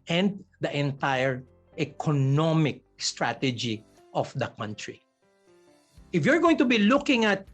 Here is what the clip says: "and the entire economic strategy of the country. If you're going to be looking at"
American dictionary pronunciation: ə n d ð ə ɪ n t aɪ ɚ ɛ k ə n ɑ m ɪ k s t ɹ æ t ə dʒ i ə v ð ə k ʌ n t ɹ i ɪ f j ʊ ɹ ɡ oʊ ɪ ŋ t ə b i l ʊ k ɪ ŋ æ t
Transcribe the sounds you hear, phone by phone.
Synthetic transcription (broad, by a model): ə n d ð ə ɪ n t aɪ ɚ ɛ k ə n ɑ m ɪ k s t ɹ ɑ t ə dʒ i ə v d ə k ʌ n t ɹ i ɪ f j ʊ ɹ ɡ oʊ ɪ ŋ t ə b i l ʊ k ɪ ŋ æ t